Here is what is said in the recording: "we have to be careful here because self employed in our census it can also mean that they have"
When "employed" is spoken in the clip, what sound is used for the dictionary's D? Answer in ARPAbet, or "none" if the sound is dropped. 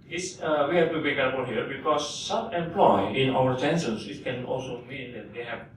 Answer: none